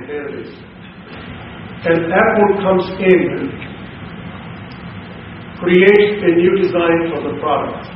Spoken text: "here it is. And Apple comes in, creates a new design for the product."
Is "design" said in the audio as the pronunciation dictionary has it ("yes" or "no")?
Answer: yes